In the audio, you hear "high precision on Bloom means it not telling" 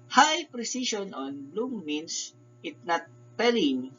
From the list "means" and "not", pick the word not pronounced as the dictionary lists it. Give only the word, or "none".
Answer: means